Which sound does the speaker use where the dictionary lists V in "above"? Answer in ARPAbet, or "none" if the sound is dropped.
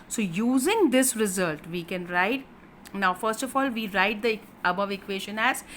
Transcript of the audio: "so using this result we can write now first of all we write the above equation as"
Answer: V